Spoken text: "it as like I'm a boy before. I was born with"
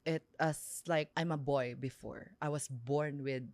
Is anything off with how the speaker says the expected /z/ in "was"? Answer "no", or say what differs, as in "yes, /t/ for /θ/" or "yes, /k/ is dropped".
yes, /s/ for /z/